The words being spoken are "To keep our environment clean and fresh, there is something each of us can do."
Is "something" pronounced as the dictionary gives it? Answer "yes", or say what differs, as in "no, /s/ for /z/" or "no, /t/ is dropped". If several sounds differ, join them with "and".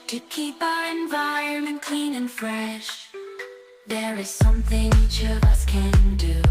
yes